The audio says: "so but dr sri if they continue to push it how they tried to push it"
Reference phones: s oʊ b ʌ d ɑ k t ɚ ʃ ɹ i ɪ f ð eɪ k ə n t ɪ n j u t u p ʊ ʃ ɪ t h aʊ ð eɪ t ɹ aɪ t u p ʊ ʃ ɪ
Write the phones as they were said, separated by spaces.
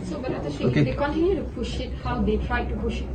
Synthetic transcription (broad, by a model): s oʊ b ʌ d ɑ t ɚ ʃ i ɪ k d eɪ k ə n t ɪ n j u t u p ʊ ʃ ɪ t h aʊ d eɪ t ɹ aɪ t u p ʊ ʃ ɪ